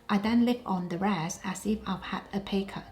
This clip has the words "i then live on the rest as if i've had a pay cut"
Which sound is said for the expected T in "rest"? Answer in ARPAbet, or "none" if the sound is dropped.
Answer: none